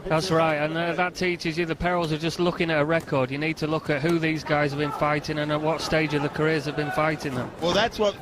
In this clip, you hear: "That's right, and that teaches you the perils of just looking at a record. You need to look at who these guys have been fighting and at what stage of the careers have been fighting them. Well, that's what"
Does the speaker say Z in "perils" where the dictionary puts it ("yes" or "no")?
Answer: yes